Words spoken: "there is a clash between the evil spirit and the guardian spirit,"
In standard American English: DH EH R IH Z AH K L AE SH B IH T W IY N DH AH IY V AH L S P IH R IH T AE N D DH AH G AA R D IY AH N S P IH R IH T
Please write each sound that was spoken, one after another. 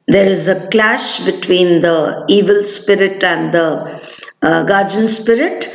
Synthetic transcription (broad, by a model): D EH R IH Z AH K L AE SH B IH T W IY N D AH IY V AH L S P IH R IH T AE N D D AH G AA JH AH N S P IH R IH T